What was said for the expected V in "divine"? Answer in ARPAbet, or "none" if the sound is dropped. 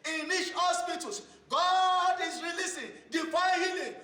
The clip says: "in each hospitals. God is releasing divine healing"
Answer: F